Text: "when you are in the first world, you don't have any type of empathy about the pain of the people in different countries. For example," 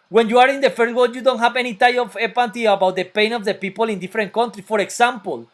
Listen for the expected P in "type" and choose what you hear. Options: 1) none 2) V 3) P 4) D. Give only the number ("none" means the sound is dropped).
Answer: 1